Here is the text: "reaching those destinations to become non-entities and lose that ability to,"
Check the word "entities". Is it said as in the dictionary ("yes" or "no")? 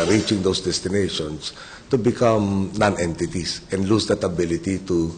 no